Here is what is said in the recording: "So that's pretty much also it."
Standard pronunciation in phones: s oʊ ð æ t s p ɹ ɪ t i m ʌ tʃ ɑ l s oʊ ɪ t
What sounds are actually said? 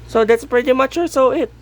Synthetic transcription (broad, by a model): s oʊ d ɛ t s p ɹ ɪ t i m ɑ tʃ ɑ s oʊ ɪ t